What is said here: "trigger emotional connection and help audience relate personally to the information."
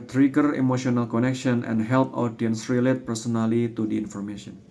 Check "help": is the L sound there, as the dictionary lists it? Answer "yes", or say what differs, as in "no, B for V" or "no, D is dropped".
yes